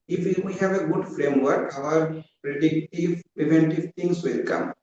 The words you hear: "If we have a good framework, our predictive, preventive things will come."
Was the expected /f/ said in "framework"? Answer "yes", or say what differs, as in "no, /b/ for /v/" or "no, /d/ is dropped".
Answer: yes